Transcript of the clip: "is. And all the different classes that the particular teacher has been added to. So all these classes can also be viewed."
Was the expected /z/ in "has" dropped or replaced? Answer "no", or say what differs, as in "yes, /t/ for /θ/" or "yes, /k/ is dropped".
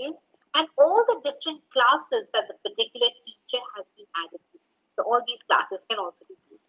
no